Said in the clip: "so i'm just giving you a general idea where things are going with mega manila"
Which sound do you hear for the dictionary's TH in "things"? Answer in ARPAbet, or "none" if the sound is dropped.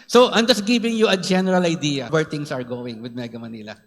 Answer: T